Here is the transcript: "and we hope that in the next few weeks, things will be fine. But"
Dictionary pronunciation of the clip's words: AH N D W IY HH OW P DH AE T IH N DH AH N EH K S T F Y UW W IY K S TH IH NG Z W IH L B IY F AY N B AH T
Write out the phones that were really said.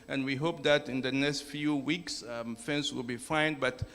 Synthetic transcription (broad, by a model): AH N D W IY HH OW P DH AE T IH N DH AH N EH K S T F Y UW W IY K S F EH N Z W IH L B IY F AY N B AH T